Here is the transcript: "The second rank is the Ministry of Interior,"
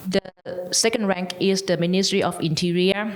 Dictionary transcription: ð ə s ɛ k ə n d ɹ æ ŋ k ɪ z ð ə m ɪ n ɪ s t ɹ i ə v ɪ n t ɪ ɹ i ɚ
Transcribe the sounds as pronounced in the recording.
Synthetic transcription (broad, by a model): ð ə s ɛ k ə n d ɹ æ ŋ k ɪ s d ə m ɪ n ɪ s t ɹ i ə f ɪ n t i ɹ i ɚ